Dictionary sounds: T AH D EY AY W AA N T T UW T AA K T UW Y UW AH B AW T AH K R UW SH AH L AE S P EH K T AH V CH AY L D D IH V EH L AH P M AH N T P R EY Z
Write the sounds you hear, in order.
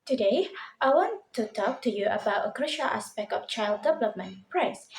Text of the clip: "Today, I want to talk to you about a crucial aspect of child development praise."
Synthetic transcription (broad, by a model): T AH D EY AY W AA N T T UW T AA K T UW Y UW AH B AW T AH K R UW SH AH L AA S P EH K T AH F CH AY L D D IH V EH L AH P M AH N P R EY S